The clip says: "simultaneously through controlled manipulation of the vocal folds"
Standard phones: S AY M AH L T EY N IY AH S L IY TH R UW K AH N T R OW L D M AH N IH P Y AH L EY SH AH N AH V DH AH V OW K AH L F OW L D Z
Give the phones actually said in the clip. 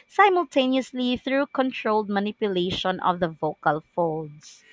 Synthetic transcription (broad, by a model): S AY M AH L T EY N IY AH S L IY TH R UW K AH N T R OW L D M AH N IH P Y AH L EY SH AH N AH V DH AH V OW K AH L F OW L D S